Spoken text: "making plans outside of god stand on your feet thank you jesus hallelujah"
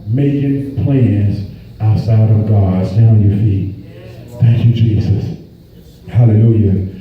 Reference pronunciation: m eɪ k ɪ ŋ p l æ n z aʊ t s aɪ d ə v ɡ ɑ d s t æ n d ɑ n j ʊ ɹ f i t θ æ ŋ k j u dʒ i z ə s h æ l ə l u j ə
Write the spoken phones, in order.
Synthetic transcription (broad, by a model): m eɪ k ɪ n p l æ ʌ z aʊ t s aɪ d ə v ɡ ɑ d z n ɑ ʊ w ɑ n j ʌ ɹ f i t θ æ ŋ k j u dʒ i z ə s h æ l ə l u j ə